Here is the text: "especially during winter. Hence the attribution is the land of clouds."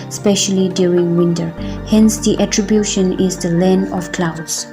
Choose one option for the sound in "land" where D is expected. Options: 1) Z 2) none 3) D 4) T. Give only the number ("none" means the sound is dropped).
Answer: 2